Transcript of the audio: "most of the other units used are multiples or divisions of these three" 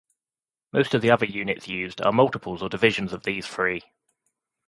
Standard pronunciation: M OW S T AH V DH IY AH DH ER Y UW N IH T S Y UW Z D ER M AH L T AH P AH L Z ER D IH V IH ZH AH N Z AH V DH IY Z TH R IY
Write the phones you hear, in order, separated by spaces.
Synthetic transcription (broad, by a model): M OW S T AH V DH IY AH DH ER Y UW N IH T S Y UW Z D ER M AH L T AH P AH L Z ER D IH V IH ZH AH N Z AH V DH IY Z F R IY